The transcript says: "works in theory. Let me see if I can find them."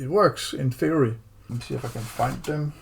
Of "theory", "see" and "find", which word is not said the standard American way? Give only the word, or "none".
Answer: theory